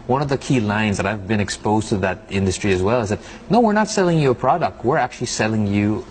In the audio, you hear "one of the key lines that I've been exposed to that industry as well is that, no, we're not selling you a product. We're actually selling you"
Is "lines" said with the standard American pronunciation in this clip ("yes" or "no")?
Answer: yes